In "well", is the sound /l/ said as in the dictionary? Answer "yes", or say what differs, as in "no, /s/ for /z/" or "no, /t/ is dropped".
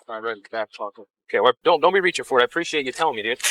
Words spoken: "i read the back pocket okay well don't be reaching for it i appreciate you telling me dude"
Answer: no, /n/ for /l/